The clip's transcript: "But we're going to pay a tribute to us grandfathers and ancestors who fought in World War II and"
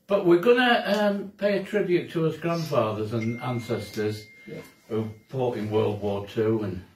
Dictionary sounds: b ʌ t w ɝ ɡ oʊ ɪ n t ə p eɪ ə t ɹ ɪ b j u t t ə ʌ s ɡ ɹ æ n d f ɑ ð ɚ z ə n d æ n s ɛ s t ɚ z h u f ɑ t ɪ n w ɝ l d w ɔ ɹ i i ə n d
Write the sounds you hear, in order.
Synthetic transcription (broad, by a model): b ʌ t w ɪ ɡ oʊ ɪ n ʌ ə p eɪ ə t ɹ ɪ b j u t t ə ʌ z ɡ ɹ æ n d f ɑ ð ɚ z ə n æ n s ɛ s t ɚ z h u p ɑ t ɪ n w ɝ l d w ɔ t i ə n